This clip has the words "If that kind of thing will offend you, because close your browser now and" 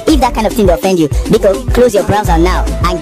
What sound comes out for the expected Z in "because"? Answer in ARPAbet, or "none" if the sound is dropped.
none